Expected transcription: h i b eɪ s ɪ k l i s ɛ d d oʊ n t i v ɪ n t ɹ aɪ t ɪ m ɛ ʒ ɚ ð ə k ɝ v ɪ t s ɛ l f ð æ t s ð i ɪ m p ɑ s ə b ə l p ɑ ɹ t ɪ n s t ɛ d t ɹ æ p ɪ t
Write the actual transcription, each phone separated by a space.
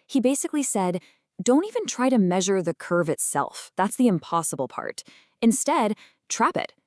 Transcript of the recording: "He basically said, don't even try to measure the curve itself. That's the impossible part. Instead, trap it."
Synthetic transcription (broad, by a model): h i b eɪ s ɪ k l i s ɛ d d oʊ n t i v ɪ n t ɹ aɪ t ɪ m ɛ ʒ ɚ ð ə k ɝ v ɪ t s ɛ l f ð æ t s ð i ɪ m p ɑ s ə b l p ɑ ɹ t ɪ n s t ɛ d t ɹ æ p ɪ t